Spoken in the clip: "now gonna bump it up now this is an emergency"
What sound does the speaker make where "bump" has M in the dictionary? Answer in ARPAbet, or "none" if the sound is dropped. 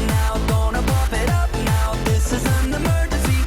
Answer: none